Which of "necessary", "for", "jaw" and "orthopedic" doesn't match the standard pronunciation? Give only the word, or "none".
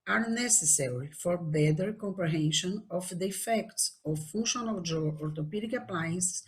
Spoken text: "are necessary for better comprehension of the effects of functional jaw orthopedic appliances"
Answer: orthopedic